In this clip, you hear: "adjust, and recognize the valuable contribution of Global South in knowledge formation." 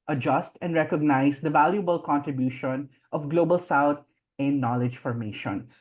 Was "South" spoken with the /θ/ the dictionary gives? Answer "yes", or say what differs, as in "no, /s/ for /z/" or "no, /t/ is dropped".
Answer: no, /t/ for /θ/